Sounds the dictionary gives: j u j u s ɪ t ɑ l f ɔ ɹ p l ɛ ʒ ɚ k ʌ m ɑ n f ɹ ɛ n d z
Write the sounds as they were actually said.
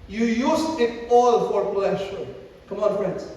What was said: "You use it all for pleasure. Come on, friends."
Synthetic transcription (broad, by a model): j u j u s ɪ t ɑ l f ɔ ɹ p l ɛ ʃ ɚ k ʌ m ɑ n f ɹ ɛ n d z